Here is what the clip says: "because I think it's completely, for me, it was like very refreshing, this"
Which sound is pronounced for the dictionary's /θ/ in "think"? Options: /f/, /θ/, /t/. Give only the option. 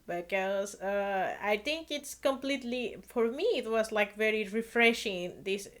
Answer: /t/